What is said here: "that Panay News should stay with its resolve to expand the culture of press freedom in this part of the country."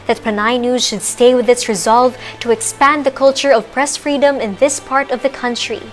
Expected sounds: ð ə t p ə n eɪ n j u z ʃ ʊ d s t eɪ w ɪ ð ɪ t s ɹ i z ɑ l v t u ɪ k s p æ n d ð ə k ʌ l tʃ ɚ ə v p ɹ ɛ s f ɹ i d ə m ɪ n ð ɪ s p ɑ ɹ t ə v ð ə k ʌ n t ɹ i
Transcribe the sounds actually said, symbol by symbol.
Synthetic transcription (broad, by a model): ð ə t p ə n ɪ n j u z ʃ ʊ d s t eɪ w ɪ ð ɪ t s ɹ i z ɑ l v t u ɪ k s p æ n d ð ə k ʌ l tʃ ɚ ə v p ɹ ɛ s f ɹ i d ə m ɪ n ð ɪ s p ɑ ɹ t ə v ð ə k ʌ n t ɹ i